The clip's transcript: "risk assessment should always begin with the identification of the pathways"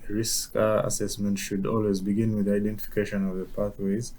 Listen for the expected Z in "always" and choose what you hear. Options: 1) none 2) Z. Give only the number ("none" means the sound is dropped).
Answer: 2